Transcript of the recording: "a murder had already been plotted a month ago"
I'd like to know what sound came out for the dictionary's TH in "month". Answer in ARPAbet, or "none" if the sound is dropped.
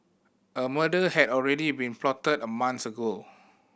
S